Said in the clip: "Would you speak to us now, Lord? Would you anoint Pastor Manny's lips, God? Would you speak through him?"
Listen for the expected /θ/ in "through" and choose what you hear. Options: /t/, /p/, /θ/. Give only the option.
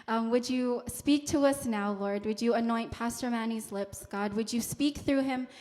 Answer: /θ/